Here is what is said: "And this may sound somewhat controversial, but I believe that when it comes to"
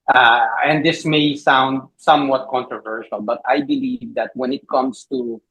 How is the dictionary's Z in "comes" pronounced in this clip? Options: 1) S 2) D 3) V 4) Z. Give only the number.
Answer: 1